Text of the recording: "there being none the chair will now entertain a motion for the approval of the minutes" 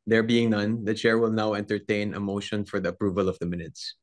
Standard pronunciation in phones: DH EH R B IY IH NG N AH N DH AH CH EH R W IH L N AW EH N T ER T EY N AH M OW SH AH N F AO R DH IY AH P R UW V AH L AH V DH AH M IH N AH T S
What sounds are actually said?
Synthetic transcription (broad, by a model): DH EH R B IY IH NG N AH N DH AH CH EH R W IH L N AW EH N T ER T EY N AH M OW SH AH N F AO R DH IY AH P R UW V AH L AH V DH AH M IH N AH T S